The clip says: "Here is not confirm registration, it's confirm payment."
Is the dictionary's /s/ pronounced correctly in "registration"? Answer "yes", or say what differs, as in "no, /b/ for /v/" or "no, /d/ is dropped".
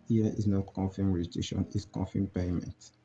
no, /s/ is dropped